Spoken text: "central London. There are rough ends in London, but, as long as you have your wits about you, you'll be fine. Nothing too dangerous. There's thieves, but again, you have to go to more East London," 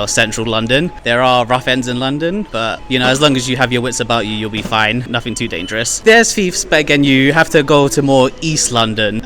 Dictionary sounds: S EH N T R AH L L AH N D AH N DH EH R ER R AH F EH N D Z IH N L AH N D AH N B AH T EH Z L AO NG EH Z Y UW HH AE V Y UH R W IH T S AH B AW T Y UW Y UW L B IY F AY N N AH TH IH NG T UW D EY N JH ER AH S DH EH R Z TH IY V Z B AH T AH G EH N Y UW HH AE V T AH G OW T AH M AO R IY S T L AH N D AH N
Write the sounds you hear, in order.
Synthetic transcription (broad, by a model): S EH N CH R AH L L AH N D AH N DH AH R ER R AH F EH N D Z IH N L AH N D AH N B AH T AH Z L AO NG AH Z Y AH V Y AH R W IH T S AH B AW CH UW Y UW L B IY F AY N N AH TH IH NG T UW D EY N JH ER AH S DH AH R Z F IY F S B AH T AH G EH N Y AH HH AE F T AH G OW T AH M AO R IY S T L AH N D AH N